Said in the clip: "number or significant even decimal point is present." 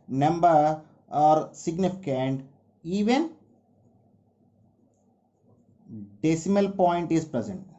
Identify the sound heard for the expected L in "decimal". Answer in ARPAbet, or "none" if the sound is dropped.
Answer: L